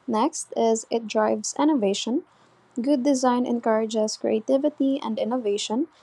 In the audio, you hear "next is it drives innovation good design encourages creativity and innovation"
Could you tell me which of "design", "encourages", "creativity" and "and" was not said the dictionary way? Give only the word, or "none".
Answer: none